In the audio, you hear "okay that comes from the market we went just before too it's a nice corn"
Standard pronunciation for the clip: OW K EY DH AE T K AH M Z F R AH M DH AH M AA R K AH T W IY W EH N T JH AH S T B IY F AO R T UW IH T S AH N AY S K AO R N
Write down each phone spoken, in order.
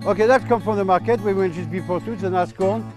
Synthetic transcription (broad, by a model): OW K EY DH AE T K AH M F R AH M DH AH M AA R K AH T W IY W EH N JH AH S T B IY P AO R T UW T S AH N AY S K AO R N